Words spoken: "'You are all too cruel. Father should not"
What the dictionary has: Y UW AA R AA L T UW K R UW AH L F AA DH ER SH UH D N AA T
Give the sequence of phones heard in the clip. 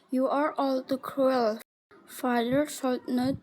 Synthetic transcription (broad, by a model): Y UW AA R AA L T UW K R UW AH L F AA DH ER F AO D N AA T